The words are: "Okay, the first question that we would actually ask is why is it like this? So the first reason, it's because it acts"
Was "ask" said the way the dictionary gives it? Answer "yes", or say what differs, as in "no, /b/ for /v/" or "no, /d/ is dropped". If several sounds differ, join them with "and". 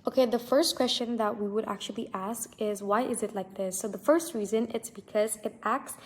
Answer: yes